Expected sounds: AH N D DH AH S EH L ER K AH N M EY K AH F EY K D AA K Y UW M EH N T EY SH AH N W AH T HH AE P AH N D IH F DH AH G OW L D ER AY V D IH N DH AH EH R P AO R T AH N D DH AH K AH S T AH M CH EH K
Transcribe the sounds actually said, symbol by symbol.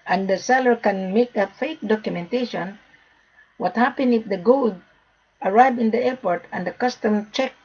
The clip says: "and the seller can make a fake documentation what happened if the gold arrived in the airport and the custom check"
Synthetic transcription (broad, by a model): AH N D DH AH S EH L ER K AH N M EY K AH F EY K D AA K Y UW M EH N T EY SH AH N W AH T HH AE P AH N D IH F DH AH G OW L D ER AY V IH N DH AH EH R P AO R T AH N D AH K AH S T AH M CH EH K